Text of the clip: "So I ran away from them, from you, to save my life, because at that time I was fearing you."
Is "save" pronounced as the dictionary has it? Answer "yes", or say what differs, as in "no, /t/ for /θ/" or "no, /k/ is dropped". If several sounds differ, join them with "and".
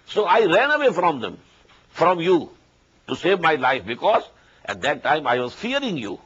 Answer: yes